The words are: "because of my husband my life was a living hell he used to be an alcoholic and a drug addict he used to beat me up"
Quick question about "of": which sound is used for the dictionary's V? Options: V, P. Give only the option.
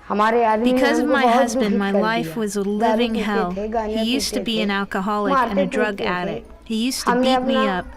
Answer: V